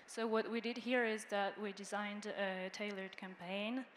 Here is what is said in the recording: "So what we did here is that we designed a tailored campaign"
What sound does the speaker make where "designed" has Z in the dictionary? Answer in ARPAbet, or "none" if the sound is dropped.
Z